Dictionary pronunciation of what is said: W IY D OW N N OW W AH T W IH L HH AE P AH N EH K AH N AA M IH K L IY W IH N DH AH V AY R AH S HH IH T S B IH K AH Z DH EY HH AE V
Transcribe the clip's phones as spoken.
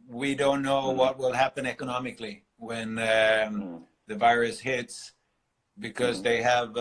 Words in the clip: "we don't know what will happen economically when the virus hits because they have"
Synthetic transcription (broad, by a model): W IY D OW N N OW W AH T W IH L HH AE P AH N EH K AH N AA M IH K L IY W IH N DH AH V AY R AH S HH IH T S B IH K AH Z DH EY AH V